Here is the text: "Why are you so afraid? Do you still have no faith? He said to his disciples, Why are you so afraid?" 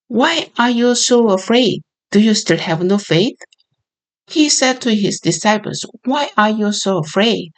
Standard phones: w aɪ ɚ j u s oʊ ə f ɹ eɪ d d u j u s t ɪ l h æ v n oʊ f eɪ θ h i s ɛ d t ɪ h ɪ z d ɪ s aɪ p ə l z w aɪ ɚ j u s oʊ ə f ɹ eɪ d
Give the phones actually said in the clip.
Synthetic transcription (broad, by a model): w aɪ ɚ j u s oʊ ə f ɹ eɪ d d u j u s t ɪ l h æ v n oʊ f eɪ θ h i s ɛ d t ɪ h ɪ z d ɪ s aɪ p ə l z w aɪ ɚ j u s oʊ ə f ɹ eɪ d